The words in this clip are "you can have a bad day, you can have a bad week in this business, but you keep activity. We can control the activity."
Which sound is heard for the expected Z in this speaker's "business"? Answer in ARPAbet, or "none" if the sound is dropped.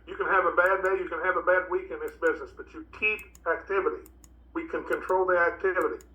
Z